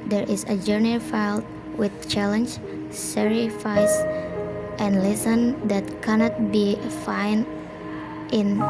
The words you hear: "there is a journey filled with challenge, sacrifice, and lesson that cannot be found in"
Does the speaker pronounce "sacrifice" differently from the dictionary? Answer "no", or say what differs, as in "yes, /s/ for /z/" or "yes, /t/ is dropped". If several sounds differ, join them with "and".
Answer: yes, /k/ is dropped